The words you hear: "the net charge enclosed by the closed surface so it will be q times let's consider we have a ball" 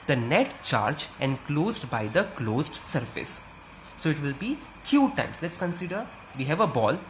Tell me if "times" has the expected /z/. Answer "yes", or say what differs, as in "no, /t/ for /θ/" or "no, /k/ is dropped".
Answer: no, /s/ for /z/